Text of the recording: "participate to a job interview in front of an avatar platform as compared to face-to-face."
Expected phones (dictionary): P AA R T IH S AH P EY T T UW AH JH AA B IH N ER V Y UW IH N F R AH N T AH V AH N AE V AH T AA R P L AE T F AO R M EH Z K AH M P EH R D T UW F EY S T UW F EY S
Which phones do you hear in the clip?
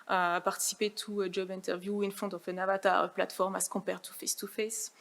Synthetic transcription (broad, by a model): P AA R T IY S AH P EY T T UW AH JH AA B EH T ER V Y UW IH N F AO T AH F AH N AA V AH T AA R P L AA T F AO R M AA S K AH P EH R T UW F EY S T UW F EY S